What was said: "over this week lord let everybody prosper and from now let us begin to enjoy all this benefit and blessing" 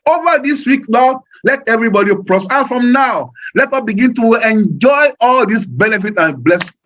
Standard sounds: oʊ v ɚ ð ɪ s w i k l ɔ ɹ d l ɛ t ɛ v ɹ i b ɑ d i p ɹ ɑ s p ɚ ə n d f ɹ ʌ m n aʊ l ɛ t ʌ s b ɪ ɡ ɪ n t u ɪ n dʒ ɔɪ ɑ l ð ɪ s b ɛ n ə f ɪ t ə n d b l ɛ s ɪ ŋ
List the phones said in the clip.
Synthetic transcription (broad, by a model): oʊ v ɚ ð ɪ s w i k n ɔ l ɛ t ɛ v ɹ i b ɑ d i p ɹ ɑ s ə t f ɹ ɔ m n aʊ l ɛ t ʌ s b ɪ ɡ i n t u ɪ n dʒ ɔɪ ɑ l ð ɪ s b ɛ n ə f ɪ t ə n b l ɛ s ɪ